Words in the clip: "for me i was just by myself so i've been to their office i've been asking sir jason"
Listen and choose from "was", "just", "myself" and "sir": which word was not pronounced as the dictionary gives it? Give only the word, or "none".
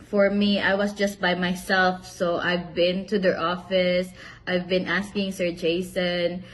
was